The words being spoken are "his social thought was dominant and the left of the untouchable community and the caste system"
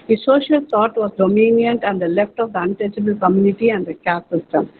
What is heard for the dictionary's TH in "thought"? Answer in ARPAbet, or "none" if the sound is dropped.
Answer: T